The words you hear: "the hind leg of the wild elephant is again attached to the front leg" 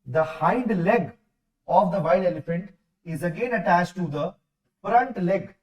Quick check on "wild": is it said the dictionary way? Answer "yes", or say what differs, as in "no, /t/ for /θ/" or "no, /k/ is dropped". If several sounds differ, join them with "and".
no, /d/ is dropped